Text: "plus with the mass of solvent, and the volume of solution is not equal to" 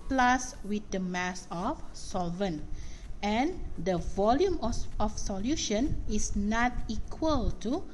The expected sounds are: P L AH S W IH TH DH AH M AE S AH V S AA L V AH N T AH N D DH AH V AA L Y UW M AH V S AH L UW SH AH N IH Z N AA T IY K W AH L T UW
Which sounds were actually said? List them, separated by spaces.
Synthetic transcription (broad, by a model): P L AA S W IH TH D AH M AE S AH F S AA L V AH N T AH N D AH V AA L Y UW M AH F S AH L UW SH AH N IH S N AA T IY K W AH L T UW